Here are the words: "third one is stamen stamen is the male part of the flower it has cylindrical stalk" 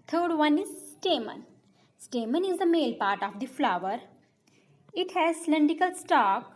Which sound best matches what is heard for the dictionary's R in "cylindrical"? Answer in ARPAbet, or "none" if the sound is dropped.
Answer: none